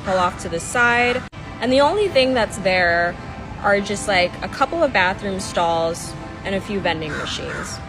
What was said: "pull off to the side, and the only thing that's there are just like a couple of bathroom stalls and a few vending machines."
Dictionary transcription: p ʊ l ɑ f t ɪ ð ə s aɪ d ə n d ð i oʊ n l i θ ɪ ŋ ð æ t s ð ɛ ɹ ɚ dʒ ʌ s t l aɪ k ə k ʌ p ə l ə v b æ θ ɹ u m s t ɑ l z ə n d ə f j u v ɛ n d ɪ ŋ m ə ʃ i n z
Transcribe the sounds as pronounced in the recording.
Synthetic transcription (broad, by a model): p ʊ l ɑ f t ɪ ð ə s aɪ d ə n ð i oʊ n l i θ ɪ ŋ ð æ t s ð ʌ ɹ ɚ dʒ ʌ s t l aɪ k ə k ʌ p l ə v b æ θ ɹ u m s t ɑ l z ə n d ə f j u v ɛ n d ɪ ŋ m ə ʃ i n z